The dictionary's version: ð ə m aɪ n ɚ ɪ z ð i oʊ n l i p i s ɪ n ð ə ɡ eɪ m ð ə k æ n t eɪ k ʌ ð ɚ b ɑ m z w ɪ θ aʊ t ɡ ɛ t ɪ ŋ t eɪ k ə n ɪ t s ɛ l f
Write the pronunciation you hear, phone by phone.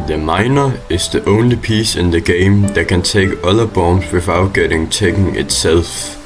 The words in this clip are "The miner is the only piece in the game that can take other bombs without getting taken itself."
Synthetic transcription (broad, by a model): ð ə m aɪ n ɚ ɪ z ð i oʊ n l i p i s ɪ n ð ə ɡ eɪ m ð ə k æ n s eɪ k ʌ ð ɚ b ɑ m s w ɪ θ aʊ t ɡ ɛ t ɪ ŋ s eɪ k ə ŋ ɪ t s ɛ l f